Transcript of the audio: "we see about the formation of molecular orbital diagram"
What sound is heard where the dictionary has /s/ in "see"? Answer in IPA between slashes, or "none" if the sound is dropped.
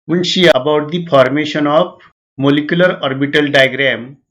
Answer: /ʃ/